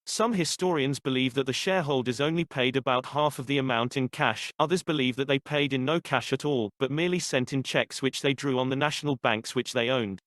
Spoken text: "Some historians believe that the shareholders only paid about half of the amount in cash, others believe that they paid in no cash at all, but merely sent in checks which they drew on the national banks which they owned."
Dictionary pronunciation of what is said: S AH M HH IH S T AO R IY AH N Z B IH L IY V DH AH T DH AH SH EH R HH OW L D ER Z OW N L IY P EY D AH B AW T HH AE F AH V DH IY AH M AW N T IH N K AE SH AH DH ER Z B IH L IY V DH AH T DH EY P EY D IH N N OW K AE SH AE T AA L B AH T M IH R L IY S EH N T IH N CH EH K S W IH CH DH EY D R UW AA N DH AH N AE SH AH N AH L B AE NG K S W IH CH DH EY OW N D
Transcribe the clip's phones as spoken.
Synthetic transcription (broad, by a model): S AH M HH IH S T AO R IY AH N Z B IH L IY V DH AH T DH AH SH EH HH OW L D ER Z OW N L IY P EY D AH B AW T HH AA F AH V DH IY AH M AW N T IH N K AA SH AH DH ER Z B IH L IY V DH AH T DH EY P EY D IH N N OW K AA SH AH T AA L B AH T M IH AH L IY S EH N T IH N CH EH K S W IH CH DH EY D R UW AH N DH AH N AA SH AH N AH L B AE NG K S W IH CH DH EY OW N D